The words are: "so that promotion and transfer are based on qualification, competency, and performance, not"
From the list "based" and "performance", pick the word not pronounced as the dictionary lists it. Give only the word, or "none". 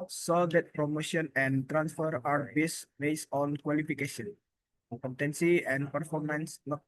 none